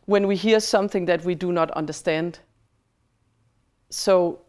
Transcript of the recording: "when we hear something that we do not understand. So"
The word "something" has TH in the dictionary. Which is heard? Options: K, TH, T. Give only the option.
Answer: TH